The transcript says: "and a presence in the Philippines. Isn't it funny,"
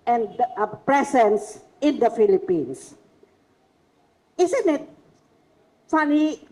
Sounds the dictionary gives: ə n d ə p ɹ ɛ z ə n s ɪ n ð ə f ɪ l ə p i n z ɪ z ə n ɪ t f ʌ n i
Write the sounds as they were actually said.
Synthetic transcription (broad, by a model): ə n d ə p ɹ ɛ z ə n s ɪ n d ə f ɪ l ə p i n s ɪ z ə n ɪ t f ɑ n i